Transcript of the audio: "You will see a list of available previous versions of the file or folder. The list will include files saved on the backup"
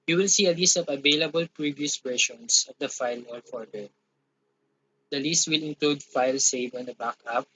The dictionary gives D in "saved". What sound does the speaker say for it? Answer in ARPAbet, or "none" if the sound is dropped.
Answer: none